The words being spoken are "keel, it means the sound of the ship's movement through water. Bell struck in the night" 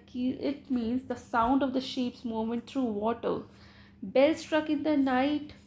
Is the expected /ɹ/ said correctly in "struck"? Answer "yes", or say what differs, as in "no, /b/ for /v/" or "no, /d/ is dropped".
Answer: yes